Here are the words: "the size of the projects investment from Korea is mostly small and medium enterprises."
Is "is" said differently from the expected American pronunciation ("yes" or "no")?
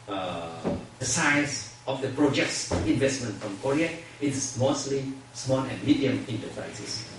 yes